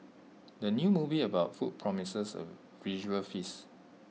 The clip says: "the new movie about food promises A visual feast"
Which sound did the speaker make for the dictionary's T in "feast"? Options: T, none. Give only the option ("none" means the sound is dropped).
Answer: none